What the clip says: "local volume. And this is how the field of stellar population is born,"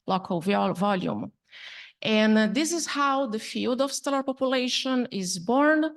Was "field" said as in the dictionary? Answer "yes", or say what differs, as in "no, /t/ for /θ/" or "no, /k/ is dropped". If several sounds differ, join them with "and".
yes